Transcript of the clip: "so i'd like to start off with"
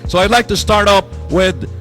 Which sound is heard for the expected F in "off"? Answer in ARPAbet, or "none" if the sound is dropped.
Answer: P